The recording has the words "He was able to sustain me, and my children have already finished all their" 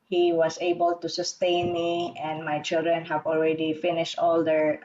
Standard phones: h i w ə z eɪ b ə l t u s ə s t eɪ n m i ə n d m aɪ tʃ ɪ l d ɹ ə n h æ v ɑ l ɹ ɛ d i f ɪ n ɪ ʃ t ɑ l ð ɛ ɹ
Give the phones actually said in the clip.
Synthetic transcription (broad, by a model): h i w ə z eɪ b ə l t u s ə s t eɪ n m i ə n d m aɪ tʃ ɪ l d ɹ ə n h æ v ɑ l ɹ ɛ d i f ɪ n ɪ ʃ t ɑ l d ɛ ɹ